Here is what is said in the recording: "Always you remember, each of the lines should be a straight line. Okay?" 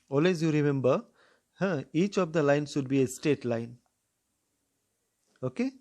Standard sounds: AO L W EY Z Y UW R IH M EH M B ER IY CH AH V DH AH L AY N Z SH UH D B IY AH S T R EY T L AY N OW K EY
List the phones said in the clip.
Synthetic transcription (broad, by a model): AO L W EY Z Y UW R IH M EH M B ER IY CH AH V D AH L AY N SH UH D B IY AH S T EY T L AY N OW K EY